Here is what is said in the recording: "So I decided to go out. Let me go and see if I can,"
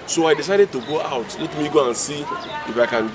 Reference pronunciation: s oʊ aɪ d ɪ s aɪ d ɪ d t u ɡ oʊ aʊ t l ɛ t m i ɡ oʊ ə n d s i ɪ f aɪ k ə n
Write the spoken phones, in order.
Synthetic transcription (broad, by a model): s oʊ aɪ d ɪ s aɪ d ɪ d t u ɡ oʊ aʊ t l ɛ t m i ɡ oʊ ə n s i ɪ f aɪ k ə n